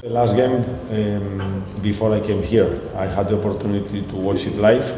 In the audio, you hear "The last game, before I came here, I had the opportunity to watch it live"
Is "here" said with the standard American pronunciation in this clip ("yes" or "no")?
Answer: yes